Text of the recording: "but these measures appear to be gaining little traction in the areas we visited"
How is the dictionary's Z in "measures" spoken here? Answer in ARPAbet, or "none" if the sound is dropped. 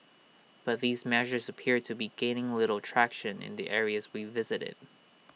Z